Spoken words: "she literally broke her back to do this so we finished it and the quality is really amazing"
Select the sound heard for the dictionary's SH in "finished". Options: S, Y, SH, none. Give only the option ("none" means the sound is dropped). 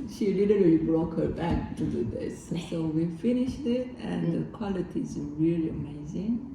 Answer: SH